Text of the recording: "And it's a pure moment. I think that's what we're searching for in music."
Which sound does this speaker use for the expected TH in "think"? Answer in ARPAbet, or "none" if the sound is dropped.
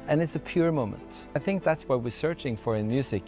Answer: TH